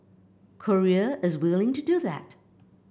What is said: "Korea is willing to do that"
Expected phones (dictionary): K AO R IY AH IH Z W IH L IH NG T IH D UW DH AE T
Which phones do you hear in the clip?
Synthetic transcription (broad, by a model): K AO R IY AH IH Z W IH L IH NG T IH D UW DH AE T